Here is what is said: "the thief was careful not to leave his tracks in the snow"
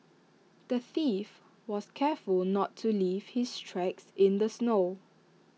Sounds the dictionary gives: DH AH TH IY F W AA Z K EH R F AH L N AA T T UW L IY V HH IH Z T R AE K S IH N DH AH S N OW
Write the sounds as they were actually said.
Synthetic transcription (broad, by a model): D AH TH IY F W AA S K EH F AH L N AA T T UW L IY V HH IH S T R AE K S IH N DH AH S N OW